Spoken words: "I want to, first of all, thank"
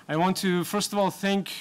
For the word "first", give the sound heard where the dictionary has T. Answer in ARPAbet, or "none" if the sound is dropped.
T